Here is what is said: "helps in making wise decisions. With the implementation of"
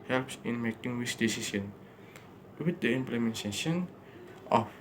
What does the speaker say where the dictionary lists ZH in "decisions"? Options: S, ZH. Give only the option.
S